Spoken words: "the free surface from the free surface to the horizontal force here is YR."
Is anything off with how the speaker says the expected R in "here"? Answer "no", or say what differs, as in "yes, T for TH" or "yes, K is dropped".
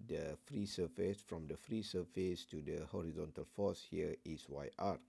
yes, W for R